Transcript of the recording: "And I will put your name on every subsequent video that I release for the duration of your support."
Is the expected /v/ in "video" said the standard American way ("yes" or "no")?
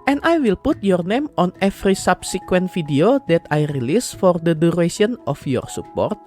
no